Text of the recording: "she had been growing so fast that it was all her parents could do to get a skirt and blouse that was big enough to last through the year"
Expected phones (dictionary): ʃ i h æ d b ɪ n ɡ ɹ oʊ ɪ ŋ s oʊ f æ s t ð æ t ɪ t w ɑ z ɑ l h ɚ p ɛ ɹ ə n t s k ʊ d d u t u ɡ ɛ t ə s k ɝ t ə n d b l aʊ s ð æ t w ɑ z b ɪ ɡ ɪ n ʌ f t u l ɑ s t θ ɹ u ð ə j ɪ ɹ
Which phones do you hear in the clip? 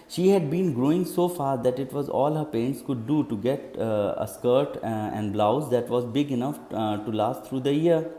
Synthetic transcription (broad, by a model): ʃ i h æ d b ɪ n ɡ ɹ oʊ ɪ ŋ s oʊ f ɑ t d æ t ɪ t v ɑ z ɑ l h ɚ p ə n t s k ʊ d d u t u ɡ ɛ t ə s k ɝ t ə n d b l aʊ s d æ t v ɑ z b ɪ ɡ ɪ n ʌ f t u l ɑ s t ɹ u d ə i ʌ ɹ